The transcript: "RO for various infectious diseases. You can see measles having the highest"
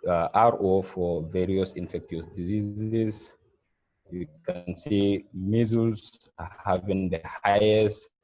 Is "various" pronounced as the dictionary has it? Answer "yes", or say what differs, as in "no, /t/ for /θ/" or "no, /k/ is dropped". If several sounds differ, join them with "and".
yes